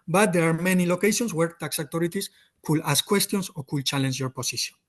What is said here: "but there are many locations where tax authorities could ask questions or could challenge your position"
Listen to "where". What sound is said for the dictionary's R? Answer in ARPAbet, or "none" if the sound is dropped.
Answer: R